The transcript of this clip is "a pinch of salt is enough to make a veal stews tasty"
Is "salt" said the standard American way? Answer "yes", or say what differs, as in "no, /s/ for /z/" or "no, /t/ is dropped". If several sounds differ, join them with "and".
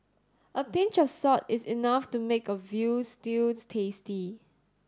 no, /l/ is dropped